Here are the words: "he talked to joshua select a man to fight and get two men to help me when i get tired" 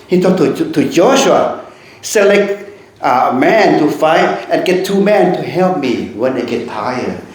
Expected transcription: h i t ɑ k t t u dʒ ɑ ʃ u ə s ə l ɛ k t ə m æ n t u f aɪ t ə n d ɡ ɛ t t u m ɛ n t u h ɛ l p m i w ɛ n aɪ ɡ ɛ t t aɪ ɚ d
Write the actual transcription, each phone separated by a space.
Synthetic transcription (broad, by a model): h i t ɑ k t t u dʒ ɑ ʃ u ə s ə l ɛ k t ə m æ n t u f aɪ t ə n ɡ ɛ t t u m ɛ n t u h ɛ l p m i w ɛ n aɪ ɡ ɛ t t aɪ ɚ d